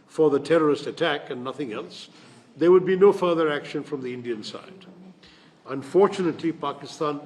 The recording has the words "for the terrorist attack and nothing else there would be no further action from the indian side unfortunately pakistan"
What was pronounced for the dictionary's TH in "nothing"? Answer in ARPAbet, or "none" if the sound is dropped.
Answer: TH